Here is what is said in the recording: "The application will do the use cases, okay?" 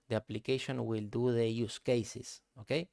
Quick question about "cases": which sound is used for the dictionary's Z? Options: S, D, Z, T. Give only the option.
S